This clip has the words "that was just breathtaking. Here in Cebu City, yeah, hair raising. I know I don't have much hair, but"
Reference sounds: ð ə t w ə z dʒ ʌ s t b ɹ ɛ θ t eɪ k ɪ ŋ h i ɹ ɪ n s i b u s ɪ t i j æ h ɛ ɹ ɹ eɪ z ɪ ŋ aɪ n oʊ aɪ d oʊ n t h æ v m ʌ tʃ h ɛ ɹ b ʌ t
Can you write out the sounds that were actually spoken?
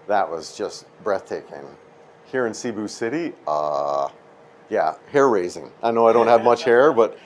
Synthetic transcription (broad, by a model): ð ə t w ə z dʒ ʌ s t b ɹ ɛ θ t eɪ k ɪ ŋ h i ɹ ɪ n s i b u s ɪ t i j æ h ɛ ɹ ɹ eɪ z ɪ ŋ aɪ n oʊ aɪ d oʊ n t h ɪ v m ʌ tʃ h ɛ ɹ b ʌ t